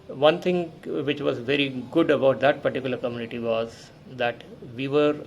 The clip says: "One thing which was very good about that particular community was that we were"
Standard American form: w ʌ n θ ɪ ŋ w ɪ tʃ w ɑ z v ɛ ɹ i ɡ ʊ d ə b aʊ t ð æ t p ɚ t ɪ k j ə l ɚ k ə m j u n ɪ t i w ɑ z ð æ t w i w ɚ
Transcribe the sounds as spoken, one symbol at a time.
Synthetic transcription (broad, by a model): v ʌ n t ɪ ŋ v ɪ tʃ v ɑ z v ɛ ɹ i ɡ ʊ d ə b aʊ t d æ t p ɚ t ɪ k j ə l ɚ k ə m j u n ɪ t i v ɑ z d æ t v i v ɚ